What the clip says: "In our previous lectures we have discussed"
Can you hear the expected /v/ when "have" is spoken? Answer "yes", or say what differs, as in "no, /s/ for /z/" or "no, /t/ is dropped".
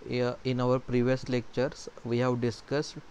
yes